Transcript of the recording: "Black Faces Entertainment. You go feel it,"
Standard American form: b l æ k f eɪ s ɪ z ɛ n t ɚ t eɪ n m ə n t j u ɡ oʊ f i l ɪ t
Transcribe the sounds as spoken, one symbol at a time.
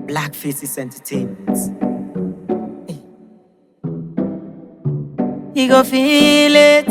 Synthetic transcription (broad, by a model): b l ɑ k f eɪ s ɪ s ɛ n t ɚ t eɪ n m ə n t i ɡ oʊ f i l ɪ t